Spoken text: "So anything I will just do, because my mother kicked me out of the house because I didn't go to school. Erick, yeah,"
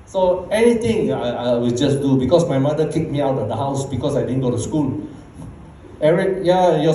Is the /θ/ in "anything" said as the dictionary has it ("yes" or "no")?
no